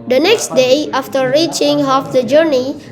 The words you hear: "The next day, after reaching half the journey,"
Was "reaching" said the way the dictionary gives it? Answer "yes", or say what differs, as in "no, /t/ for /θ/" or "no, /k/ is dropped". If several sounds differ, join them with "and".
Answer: yes